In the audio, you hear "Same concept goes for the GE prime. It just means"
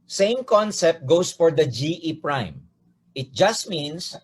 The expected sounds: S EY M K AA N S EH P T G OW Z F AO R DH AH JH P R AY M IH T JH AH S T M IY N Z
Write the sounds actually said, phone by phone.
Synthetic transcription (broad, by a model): S EY M K AA N S EH P T G OW S F AO R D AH JH P R AY M IH T JH AH S T M IY N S